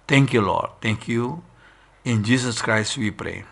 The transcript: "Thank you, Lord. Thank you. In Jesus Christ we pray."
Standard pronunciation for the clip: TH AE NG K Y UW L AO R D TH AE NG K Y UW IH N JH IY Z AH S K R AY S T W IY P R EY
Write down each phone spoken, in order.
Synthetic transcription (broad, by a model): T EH NG K Y UW L AO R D T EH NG K Y UW IH N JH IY S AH S K R AY S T W IY P R EY